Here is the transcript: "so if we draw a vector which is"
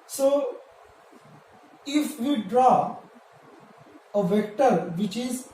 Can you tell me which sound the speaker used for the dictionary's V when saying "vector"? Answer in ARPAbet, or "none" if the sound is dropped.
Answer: V